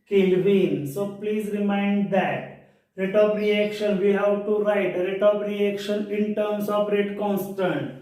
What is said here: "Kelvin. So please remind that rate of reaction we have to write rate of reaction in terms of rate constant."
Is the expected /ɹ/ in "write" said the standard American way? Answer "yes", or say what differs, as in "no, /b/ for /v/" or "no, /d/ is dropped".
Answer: yes